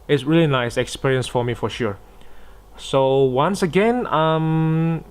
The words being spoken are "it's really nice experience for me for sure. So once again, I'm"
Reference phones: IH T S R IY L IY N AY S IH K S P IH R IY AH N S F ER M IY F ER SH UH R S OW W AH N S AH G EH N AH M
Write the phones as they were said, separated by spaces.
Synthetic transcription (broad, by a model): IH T S R IY L IY N AY S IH K S P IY R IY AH N S F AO M IY F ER SH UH R S OW W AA N S AH G EH N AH M